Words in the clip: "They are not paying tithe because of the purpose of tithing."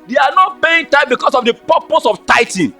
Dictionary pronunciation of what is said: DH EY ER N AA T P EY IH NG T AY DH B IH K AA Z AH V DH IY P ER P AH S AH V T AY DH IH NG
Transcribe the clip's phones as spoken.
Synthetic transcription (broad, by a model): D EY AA N AA T B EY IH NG T AY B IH K AA S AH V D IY P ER P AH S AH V T AY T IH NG